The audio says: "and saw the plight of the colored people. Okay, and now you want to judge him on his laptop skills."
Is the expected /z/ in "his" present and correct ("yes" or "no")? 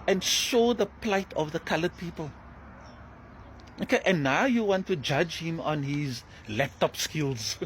yes